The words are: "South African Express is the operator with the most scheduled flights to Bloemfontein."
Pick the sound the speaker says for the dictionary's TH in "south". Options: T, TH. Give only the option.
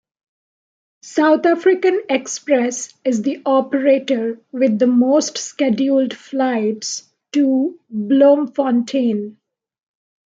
T